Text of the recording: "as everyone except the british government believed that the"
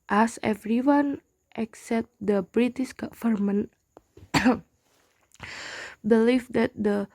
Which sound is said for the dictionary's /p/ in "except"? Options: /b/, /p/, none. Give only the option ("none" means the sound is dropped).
/p/